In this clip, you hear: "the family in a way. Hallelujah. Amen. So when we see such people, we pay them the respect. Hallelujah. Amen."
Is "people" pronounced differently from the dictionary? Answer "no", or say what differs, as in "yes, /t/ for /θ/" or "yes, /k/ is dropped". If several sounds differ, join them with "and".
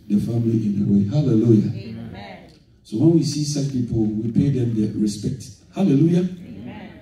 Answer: yes, /n/ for /l/